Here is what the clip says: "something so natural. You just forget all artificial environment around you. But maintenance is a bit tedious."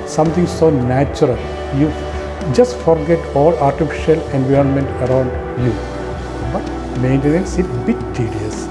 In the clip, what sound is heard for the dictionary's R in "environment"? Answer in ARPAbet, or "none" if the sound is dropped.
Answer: R